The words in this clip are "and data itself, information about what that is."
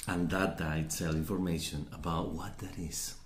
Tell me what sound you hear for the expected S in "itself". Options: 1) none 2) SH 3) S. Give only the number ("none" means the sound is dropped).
1